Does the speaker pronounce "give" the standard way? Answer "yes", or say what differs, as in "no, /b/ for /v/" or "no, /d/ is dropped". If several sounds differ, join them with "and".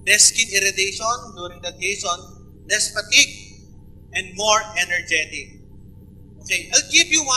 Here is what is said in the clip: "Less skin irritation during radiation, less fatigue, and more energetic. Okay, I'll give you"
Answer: no, /p/ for /v/